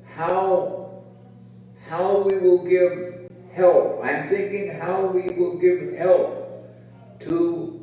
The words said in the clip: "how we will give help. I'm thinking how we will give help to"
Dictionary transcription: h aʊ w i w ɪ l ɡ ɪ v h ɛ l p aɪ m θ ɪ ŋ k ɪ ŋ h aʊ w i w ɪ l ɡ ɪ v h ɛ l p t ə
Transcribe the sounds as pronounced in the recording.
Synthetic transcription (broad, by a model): h aʊ w i w ɪ l ɡ ɪ v h ɛ l p aɪ m θ ɪ ŋ k ɪ ŋ h aʊ w i w ɪ l ɡ ɪ v h ɛ l p t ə